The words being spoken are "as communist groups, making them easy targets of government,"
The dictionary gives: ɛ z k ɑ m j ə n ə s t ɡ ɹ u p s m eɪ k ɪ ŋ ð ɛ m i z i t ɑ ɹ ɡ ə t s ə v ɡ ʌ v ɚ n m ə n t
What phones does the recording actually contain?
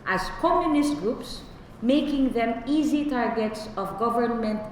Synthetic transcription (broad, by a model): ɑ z k ɑ m j ə n ə s t ɡ ɹ u p s m eɪ k ɪ ŋ ð ɛ m i z i t ɑ ɹ ɡ ə t s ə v ɡ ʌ v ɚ n m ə n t